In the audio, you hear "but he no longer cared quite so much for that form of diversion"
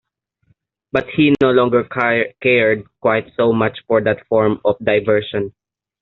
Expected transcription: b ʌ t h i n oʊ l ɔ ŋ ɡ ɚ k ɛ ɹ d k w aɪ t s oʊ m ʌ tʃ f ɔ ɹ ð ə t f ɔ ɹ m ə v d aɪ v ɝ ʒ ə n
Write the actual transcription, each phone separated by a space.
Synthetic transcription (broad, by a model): b ʌ t h i n oʊ l ɔ ŋ ɡ ɚ k ɛ ɹ d k w aɪ t s oʊ m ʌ tʃ f ɔ ɹ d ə t f ɔ ɹ m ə f d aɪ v ɝ ʃ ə n